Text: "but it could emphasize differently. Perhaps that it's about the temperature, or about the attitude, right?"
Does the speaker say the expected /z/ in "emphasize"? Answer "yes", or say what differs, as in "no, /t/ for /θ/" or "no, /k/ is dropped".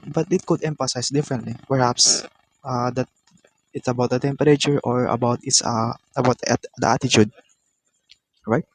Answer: no, /s/ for /z/